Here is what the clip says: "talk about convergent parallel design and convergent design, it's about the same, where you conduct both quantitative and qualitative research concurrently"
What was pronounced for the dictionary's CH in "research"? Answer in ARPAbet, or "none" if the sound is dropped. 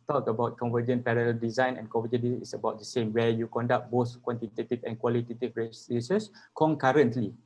S